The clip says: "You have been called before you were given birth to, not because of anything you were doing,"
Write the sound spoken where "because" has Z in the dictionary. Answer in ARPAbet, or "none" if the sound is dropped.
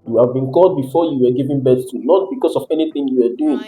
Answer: S